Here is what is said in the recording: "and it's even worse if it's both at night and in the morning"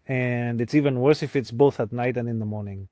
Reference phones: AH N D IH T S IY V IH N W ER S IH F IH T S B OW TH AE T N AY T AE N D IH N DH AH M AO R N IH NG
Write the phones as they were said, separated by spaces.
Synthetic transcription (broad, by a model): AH N D IH T S IY V IH N W ER S IH F IH T S B OW TH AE T N AY T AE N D IH N DH AH M AO R N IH NG